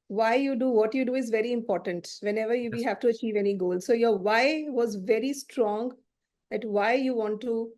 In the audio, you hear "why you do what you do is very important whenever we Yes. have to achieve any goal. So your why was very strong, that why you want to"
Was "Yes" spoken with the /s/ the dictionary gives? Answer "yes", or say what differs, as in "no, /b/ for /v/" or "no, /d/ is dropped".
no, /s/ is dropped